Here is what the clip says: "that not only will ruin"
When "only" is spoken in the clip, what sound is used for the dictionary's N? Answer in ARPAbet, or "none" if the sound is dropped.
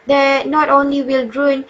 N